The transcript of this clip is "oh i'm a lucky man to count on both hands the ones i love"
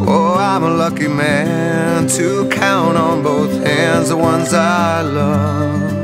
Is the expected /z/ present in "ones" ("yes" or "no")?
yes